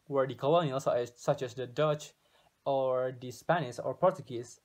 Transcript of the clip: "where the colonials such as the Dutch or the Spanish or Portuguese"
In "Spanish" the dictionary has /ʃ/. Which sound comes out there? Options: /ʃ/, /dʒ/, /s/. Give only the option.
/s/